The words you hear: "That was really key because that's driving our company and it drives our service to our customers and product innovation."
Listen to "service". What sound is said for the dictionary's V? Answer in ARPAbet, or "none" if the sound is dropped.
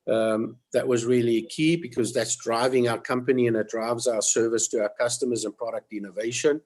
V